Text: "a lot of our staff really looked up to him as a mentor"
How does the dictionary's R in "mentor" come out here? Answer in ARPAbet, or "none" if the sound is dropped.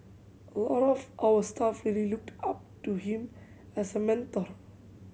R